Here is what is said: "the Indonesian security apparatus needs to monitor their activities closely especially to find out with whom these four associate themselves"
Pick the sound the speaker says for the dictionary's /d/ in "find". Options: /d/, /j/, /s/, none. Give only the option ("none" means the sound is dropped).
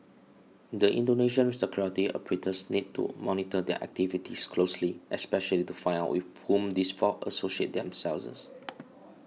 none